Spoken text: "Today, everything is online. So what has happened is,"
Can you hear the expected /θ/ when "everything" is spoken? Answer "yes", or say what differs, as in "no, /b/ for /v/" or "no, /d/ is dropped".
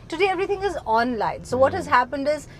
no, /t/ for /θ/